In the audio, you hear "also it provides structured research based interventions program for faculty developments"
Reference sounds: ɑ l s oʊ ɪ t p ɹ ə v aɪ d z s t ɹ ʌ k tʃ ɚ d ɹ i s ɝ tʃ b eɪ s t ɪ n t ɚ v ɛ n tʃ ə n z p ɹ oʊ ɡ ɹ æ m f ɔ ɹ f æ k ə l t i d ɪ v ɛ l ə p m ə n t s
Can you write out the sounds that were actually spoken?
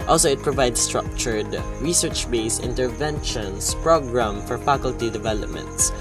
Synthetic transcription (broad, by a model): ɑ l s oʊ ɪ t p ɹ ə v aɪ d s s t ɹ ʌ k tʃ ɚ d ɹ i s ɝ tʃ b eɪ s ɪ n t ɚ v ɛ n ʃ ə n s p ɹ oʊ ɡ ɹ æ m f ɔ ɹ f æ k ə l t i d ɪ v ɛ l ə p m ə n t s